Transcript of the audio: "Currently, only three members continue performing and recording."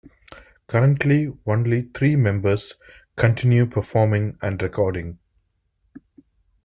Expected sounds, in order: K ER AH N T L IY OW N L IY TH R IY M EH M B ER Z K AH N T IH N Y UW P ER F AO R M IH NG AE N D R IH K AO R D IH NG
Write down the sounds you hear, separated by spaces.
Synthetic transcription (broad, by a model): K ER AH N T L IY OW N L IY T R IY M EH M B ER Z K AH N T IH N Y UW P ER F AO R M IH NG AE N D R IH K AO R D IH NG